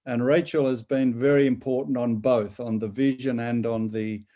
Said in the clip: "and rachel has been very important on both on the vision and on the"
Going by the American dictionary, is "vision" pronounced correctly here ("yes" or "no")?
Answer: yes